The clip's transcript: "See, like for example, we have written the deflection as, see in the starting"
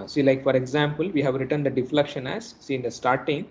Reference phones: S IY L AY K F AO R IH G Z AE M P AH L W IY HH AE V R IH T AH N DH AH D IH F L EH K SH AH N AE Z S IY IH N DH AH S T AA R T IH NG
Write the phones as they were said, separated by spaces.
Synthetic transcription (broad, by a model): S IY L AY K F AO R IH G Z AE M P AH L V IY HH AE V R IH T AH N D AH D IH F L EH K SH AH N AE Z S IY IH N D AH S T AA R T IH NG